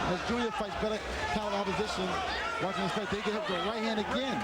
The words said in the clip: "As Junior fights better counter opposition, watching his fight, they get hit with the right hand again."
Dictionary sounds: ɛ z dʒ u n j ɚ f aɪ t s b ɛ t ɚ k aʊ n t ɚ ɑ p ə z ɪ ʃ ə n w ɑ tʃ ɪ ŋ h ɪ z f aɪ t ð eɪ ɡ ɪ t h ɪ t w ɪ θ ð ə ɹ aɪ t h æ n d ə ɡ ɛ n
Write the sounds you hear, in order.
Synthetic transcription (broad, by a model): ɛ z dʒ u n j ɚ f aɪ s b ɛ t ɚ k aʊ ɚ ɑ p ə z ɪ ʃ ə n w ɑ tʃ ɪ ŋ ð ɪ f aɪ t ð eɪ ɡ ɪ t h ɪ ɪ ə ɹ aɪ t h æ n d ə ɡ ɛ n